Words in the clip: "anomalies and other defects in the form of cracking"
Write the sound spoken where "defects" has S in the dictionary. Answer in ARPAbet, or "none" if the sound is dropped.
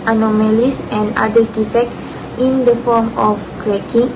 none